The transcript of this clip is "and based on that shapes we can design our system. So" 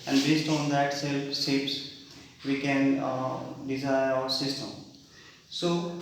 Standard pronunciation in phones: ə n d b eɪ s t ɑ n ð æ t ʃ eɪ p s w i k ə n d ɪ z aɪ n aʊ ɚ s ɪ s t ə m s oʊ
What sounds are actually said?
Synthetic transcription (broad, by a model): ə n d b eɪ s t ɑ n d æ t s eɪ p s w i k ə n d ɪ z aɪ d aʊ ɚ s ɪ s t ə m s oʊ